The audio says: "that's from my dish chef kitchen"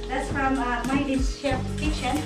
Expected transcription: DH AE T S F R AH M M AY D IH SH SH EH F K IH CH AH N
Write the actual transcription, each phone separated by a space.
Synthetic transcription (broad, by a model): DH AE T S F R AH M M AY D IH S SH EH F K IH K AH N